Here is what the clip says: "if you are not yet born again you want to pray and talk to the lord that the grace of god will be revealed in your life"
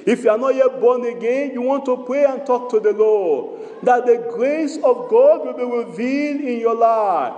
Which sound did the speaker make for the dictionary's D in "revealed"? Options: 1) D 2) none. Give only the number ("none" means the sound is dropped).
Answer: 2